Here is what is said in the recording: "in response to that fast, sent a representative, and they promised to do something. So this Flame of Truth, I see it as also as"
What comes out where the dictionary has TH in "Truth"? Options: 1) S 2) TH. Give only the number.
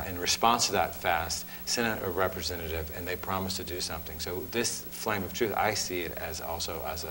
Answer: 2